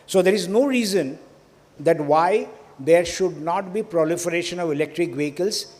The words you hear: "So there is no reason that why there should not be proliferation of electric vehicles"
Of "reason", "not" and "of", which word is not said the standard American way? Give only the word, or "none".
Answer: none